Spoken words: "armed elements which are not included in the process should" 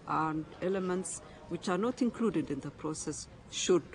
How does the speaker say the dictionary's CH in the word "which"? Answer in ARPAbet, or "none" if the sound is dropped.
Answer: CH